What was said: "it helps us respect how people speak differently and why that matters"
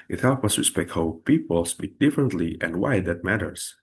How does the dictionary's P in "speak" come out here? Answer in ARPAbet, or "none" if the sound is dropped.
B